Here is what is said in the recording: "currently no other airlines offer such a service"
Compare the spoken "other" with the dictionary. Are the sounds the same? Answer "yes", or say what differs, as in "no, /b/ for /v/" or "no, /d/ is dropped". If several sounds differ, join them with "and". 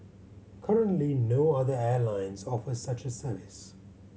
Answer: yes